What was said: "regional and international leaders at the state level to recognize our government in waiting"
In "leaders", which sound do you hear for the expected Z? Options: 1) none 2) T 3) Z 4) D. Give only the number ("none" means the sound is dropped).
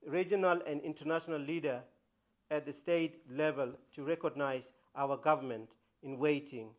1